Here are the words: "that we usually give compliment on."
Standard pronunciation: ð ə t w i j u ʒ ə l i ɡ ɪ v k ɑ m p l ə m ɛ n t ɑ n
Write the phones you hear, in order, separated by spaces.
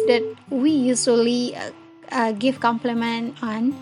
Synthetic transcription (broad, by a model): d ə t w i j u s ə l i ɡ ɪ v k ɑ m p l ə m ɛ n t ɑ n